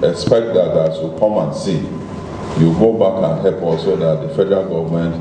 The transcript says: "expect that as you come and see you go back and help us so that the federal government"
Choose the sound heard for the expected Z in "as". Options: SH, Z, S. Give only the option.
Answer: S